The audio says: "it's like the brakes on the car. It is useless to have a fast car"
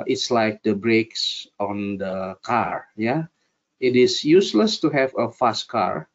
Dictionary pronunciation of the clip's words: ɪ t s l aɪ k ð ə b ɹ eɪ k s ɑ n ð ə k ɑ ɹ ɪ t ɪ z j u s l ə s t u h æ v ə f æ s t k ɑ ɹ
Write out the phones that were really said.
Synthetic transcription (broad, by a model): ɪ t s l aɪ k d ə b ɹ eɪ k s ɑ n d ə k ɑ ɹ ɪ t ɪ s j u s l ə s t u h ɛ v ə f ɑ s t k ɑ ɹ